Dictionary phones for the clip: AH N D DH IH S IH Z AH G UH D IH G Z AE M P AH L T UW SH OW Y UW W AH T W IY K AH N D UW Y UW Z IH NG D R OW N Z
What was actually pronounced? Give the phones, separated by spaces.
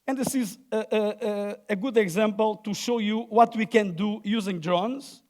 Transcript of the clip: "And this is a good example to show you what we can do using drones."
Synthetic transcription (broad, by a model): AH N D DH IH S IH Z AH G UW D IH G Z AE M P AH L T UW SH OW Y UW W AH T W IY K AH N D UW Y UW Z IH NG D R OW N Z